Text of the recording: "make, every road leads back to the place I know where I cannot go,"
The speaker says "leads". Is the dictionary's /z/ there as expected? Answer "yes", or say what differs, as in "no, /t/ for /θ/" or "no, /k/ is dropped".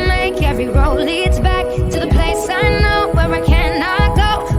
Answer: yes